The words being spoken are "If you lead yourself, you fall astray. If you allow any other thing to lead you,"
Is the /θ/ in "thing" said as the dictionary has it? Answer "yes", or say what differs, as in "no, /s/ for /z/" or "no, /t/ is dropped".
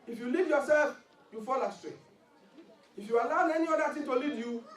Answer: no, /t/ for /θ/